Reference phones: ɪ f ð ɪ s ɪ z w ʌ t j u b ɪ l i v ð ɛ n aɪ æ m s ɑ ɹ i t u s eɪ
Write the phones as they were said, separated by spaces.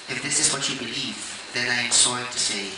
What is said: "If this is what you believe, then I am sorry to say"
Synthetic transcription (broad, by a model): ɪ f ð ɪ s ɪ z w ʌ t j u b ɪ l i v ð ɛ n aɪ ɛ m s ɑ i t u s eɪ